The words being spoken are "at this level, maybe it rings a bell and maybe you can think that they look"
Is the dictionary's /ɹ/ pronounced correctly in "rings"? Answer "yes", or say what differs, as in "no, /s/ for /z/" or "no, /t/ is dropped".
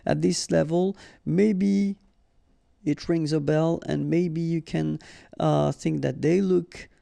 yes